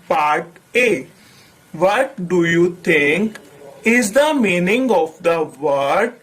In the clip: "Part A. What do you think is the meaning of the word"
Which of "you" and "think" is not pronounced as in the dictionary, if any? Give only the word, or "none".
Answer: think